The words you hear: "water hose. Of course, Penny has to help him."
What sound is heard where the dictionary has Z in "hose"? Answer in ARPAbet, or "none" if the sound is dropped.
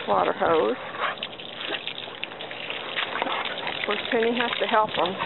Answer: none